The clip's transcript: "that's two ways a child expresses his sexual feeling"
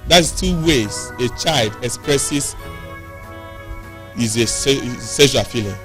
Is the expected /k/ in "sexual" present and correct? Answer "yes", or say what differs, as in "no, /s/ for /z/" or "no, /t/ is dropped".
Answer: no, /k/ is dropped